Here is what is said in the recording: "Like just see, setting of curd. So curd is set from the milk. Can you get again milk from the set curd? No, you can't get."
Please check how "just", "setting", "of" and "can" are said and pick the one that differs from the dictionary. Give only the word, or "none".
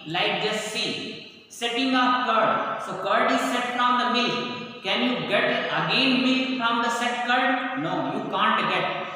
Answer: of